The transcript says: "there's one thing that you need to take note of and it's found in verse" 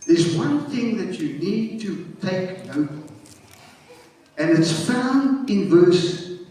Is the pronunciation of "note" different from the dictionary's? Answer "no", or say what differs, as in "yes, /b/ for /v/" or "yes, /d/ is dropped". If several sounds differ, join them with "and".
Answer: yes, /t/ is dropped